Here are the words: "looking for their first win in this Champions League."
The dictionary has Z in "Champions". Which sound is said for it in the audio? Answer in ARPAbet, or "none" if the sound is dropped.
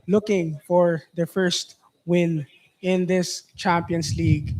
S